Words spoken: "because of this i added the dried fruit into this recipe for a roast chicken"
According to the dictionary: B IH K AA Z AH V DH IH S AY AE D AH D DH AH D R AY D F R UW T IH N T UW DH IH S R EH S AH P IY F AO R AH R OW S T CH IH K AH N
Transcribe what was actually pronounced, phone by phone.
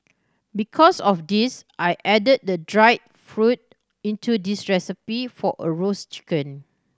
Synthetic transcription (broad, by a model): B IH K AA S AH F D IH S AY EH D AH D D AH D R AY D F R UW T IH N T UW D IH S R EH S AH P IY F AO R AH R OW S CH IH K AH N